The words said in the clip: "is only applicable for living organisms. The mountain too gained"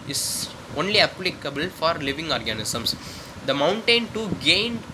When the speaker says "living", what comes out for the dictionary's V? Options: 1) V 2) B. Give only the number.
1